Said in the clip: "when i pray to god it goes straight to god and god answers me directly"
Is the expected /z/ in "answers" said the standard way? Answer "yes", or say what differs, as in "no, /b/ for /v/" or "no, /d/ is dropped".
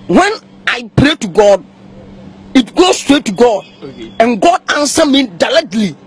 no, /z/ is dropped